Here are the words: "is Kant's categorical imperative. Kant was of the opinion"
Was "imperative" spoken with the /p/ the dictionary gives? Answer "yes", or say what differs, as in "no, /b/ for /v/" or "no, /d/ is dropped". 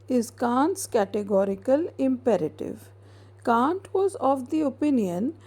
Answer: yes